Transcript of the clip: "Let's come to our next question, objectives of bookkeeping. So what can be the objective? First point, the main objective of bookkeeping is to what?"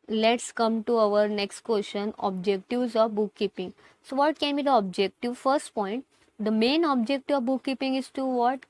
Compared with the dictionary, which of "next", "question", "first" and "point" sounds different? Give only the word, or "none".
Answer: question